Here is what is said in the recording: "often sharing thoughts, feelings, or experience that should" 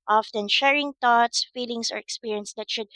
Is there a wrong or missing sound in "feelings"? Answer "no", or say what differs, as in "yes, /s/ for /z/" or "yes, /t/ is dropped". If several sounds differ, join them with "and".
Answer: yes, /s/ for /z/